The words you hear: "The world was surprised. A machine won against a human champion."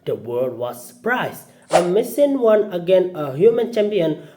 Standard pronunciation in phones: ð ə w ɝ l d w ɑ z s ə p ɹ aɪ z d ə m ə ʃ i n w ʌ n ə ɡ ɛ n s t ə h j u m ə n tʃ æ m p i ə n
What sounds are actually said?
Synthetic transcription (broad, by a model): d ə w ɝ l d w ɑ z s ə p ɹ aɪ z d ə m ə s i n w ʌ n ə ɡ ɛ n ə h j u m ə n tʃ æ m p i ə n